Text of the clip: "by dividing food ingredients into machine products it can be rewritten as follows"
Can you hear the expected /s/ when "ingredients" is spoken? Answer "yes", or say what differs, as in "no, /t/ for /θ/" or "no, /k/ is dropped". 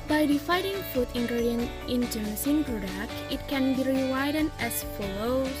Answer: no, /s/ is dropped